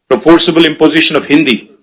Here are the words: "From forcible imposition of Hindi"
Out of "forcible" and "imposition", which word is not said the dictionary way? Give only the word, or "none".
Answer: none